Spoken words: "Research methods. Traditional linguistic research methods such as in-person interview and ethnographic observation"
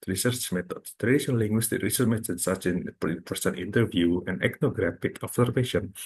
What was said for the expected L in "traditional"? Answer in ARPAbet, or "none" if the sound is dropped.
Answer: N